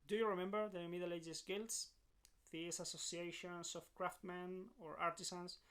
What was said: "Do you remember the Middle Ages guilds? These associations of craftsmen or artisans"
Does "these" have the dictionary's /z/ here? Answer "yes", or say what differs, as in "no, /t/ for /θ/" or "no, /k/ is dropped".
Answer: no, /s/ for /z/